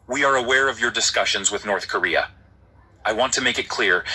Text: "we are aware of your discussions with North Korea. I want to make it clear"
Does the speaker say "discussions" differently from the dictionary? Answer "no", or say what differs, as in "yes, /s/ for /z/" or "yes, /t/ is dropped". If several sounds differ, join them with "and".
no